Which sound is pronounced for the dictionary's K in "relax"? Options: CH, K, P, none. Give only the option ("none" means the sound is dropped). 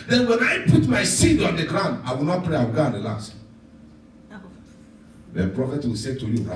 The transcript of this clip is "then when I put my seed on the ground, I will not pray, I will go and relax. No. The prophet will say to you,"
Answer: none